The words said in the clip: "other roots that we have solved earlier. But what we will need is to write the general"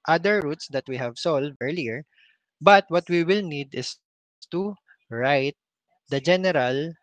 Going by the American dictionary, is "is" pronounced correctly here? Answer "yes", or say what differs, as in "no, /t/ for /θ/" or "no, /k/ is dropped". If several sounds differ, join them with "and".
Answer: no, /s/ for /z/